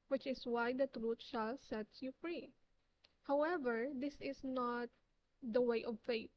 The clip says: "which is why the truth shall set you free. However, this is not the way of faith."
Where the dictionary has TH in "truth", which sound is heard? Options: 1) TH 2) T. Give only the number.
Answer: 2